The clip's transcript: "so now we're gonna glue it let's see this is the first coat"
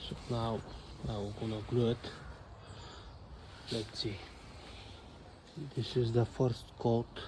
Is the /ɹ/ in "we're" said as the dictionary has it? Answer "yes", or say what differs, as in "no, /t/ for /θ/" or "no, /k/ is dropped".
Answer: no, /w/ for /ɹ/